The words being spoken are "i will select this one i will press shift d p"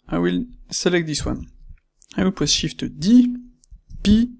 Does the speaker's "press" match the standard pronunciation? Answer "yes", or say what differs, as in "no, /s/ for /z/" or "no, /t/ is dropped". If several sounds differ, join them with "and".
no, /w/ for /ɹ/